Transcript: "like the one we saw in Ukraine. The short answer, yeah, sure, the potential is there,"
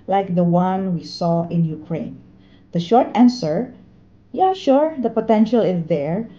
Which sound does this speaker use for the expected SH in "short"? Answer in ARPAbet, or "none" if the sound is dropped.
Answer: SH